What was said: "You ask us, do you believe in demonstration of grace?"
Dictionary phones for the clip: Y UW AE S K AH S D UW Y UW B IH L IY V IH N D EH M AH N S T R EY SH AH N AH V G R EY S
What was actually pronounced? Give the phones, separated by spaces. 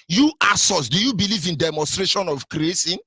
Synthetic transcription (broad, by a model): Y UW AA S AO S D UW Y UW B IH L IY V IH N D EH M AH N S T R EY SH AH N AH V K R EY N